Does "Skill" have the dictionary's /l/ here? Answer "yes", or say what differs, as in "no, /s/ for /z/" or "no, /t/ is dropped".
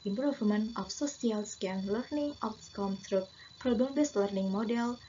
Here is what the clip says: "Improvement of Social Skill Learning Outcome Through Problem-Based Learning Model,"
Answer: no, /n/ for /l/